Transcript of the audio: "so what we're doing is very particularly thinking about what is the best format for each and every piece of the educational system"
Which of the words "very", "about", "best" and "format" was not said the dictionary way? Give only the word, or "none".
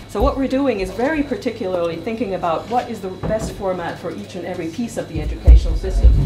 none